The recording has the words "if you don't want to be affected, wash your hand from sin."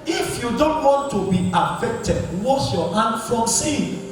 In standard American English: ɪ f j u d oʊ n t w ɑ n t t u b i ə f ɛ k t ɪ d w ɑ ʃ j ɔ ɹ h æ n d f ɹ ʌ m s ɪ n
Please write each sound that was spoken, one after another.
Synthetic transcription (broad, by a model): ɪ f j u d oʊ n t w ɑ n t t u b i ə f ɛ k t ɪ d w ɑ s j ɔ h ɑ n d f ɹ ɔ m s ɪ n